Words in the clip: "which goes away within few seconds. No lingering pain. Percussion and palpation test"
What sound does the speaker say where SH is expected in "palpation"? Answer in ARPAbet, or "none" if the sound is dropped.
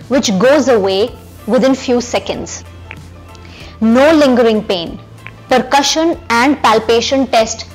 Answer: SH